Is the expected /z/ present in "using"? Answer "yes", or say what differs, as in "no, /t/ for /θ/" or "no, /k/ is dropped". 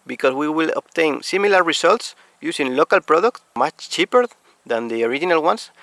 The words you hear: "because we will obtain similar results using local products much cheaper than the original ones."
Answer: no, /s/ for /z/